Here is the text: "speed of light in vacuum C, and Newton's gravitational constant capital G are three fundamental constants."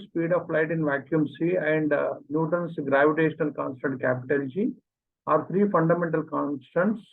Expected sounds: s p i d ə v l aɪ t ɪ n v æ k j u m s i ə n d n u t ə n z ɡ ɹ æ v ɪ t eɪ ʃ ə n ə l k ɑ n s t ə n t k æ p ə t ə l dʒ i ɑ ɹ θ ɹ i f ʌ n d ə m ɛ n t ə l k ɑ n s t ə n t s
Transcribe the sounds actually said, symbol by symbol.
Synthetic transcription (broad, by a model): s p i d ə f l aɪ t ɪ n v æ k j u m s i ə n d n u t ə n s ɡ ɹ æ v ɪ t eɪ ʃ ə n ə l k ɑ n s t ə n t k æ p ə t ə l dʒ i ɑ ɹ t ɹ i f ʌ n d ə m ɛ n t ə l k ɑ n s t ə n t s